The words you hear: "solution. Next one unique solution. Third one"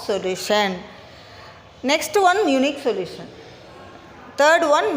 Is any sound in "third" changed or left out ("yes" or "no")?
yes